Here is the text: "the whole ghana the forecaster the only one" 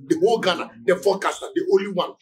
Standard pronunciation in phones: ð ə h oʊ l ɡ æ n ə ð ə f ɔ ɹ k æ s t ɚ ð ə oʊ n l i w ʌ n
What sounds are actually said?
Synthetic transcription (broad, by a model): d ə h oʊ l ɡ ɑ n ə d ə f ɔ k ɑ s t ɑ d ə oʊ l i w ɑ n